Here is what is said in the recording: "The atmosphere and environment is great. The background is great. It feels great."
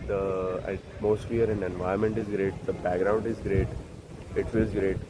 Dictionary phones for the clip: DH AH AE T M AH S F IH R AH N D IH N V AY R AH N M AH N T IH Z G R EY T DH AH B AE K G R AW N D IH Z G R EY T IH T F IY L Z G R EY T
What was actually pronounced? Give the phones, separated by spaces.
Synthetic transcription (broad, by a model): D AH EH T M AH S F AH R AH N D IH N V AY AH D M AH N T IH Z G R EY T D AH B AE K G R AW N D IH Z G R EY T IH T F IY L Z G R EY T